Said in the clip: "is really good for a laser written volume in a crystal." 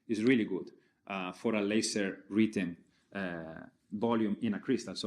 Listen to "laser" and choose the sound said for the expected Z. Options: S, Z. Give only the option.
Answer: S